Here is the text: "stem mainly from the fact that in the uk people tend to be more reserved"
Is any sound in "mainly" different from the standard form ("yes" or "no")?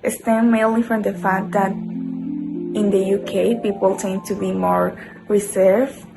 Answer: yes